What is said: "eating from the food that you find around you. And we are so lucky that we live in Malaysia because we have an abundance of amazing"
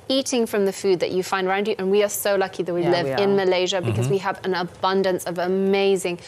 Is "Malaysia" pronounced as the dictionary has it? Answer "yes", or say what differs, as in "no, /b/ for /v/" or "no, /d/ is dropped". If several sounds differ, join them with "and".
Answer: yes